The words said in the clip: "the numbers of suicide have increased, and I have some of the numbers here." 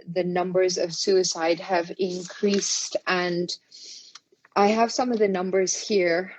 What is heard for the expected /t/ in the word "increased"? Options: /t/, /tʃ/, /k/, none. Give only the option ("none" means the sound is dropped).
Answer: /t/